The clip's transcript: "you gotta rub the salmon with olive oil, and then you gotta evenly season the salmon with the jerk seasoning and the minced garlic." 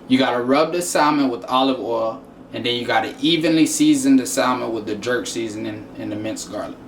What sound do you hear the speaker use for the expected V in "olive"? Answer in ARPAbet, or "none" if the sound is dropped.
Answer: V